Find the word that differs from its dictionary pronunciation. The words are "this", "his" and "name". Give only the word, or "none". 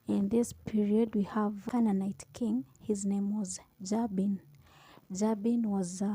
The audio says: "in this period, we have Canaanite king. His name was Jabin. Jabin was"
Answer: none